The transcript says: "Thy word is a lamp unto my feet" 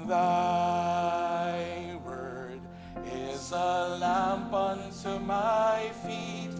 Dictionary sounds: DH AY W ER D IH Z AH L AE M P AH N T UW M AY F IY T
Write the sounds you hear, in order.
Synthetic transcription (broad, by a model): DH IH W ER D IH Z AH L AE M P AH N T UW M AY F IY T